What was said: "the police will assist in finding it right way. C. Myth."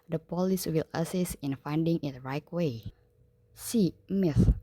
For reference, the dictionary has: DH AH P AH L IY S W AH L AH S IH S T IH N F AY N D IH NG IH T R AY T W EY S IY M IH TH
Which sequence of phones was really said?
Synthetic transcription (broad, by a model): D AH P AH L IY S W AH L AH S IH S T IH N F AY N D IH NG IH T R AY T W EY S IY M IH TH